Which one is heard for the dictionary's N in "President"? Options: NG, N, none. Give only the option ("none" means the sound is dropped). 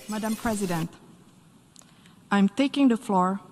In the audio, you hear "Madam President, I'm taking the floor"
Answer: N